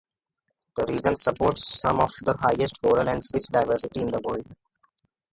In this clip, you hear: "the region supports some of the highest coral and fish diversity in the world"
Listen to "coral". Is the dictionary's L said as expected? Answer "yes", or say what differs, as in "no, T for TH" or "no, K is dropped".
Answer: no, N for L